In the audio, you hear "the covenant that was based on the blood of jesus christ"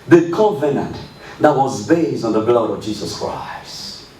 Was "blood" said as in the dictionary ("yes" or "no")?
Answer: yes